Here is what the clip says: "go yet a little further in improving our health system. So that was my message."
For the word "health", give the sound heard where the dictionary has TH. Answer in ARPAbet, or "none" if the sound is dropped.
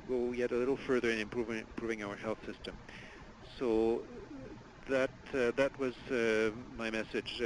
TH